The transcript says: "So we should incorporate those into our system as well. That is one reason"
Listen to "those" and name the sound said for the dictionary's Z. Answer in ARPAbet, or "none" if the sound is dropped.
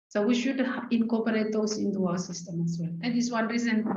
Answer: S